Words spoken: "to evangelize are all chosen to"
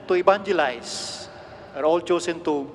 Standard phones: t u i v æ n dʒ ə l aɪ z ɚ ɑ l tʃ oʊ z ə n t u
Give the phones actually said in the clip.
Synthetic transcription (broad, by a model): t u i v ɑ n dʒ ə l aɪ s ɚ ɑ l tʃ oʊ s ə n t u